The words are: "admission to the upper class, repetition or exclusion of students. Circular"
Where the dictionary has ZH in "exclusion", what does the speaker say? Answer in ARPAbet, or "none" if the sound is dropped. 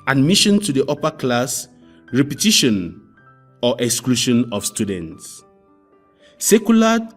SH